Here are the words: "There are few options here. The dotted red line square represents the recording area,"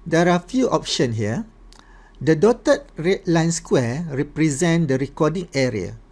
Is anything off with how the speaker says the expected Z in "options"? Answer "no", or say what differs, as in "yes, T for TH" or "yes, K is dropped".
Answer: yes, Z is dropped